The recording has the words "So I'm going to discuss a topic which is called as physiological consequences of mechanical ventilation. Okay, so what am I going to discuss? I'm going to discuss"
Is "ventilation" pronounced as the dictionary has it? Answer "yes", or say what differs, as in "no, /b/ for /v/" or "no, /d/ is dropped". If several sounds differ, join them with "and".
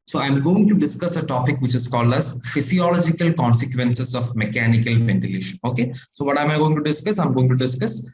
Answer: yes